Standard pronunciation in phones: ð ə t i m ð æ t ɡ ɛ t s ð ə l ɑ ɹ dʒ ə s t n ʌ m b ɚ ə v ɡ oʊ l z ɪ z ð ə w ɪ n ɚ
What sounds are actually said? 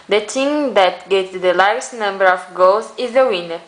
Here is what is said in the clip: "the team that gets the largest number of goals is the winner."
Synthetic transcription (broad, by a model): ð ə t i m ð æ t ɡ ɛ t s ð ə l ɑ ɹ ə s n ʌ m b ɚ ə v ɡ oʊ l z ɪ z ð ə w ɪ n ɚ